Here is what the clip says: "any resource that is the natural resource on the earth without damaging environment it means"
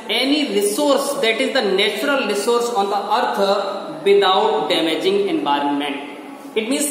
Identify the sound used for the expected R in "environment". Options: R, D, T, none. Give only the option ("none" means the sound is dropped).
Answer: R